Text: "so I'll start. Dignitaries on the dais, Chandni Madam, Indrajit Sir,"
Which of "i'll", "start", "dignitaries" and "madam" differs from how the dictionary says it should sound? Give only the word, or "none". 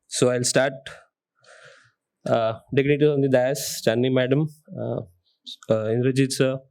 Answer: dignitaries